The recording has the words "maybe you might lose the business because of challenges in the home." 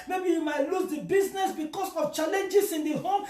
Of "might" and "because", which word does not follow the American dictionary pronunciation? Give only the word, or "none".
because